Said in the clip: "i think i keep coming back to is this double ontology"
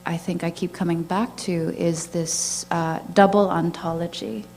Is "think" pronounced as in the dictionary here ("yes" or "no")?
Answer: yes